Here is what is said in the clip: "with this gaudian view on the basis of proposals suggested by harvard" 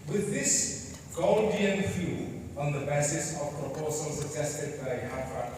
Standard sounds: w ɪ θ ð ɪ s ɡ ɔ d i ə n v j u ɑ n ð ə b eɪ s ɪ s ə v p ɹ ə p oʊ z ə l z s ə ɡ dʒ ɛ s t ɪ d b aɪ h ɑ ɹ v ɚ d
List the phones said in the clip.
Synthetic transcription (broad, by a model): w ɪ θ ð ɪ s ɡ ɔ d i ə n f j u ɑ n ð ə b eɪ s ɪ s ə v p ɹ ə p oʊ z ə l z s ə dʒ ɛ s t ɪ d b aɪ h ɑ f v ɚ